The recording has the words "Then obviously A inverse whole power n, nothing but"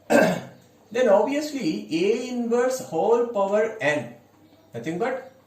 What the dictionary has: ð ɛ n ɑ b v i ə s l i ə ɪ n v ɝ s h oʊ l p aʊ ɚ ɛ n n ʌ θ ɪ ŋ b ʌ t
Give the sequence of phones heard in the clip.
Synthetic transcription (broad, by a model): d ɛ n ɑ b i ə s l i ə ɪ n v ɝ s h oʊ l p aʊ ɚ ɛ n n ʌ t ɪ ŋ b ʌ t